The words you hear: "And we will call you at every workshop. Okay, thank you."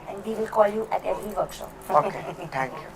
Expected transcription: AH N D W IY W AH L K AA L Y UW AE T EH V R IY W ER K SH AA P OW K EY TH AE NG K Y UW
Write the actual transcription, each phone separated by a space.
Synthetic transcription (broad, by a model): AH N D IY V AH L K AA L Y UW T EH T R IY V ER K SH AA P OW K EY T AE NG K Y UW